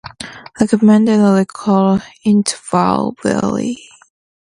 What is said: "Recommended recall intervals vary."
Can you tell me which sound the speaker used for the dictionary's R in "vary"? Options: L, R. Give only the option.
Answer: L